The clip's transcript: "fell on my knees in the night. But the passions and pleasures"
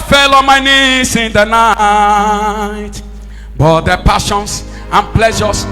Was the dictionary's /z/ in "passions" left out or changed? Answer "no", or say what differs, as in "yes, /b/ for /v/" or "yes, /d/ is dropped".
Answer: yes, /s/ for /z/